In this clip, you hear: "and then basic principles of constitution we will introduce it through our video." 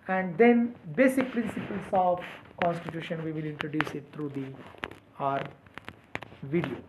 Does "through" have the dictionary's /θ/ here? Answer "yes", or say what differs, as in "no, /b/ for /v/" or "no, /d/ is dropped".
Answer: no, /t/ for /θ/